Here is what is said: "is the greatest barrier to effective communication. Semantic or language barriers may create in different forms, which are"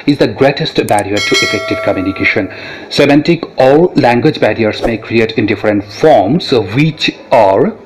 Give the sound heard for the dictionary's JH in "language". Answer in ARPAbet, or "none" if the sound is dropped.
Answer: JH